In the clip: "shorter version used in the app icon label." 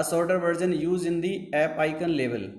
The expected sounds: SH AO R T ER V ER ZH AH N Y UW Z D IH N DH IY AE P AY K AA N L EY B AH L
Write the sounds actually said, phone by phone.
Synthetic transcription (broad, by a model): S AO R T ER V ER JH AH N Y UW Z IH N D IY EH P AY K AA N L EY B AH L